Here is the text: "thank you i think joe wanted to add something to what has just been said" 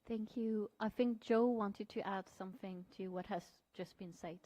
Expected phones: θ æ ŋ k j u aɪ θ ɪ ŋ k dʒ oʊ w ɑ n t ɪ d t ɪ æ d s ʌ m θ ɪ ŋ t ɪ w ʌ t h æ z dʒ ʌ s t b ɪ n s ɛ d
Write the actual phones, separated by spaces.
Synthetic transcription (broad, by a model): θ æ ŋ k j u aɪ θ ɪ ŋ k dʒ oʊ w ɑ n t ɪ d t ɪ æ d s ʌ m θ ɪ ŋ t ɪ w ʌ t h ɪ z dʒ ʌ s b ɪ n s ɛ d